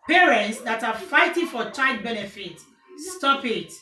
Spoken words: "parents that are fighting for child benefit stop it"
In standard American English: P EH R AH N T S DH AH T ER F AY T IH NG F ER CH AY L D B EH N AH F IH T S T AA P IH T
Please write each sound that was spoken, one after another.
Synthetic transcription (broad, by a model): P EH R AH N T S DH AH T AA F AY T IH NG F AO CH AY D B EH N AH F IH T S T AA P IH T